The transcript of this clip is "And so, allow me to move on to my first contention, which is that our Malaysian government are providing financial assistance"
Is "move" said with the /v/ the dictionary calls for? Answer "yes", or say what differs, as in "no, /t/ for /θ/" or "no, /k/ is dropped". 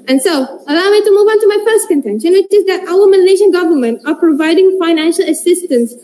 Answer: yes